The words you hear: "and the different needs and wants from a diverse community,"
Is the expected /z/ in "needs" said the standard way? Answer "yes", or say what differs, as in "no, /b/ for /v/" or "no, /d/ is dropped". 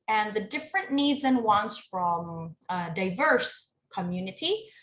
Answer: yes